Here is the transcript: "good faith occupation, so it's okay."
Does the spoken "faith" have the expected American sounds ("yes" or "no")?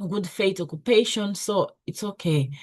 no